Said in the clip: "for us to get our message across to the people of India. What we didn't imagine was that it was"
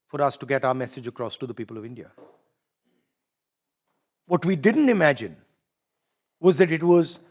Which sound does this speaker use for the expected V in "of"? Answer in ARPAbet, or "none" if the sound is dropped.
V